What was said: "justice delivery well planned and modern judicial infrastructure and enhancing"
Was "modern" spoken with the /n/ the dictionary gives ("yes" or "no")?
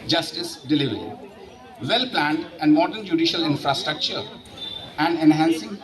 yes